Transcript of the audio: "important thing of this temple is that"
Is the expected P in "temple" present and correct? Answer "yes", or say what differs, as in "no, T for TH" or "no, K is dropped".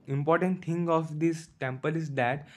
yes